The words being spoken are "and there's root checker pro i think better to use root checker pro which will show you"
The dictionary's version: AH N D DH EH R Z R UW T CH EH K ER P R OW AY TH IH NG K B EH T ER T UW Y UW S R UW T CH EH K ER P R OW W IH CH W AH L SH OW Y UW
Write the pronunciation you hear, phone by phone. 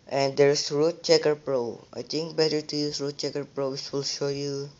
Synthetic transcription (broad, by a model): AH N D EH R S R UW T CH EH K ER P R OW AY T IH NG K B EH T ER T UW Y UW S R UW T CH EH K ER P R OW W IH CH W AH L SH OW Y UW